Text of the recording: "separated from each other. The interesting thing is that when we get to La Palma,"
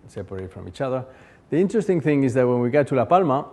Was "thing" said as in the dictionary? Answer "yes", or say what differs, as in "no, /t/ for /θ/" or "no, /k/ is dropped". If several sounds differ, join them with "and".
yes